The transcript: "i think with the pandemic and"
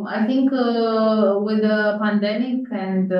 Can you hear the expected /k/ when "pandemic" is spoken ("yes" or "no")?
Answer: yes